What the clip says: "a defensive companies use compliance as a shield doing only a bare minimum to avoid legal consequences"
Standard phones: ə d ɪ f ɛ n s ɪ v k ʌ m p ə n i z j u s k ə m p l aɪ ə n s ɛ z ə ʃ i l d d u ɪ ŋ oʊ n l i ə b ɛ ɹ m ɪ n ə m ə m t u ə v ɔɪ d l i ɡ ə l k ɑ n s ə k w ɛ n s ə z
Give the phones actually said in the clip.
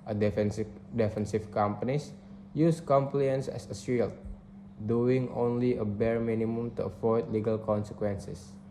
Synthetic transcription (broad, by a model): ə d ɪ f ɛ n s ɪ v k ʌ m p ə n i s j u s k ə m p l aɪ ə n s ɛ s ə s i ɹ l d u ɪ ŋ oʊ n l i ə b ɛ ɹ m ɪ n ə m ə m t u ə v ɔɪ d l i ɡ ə l k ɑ n s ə k w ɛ n s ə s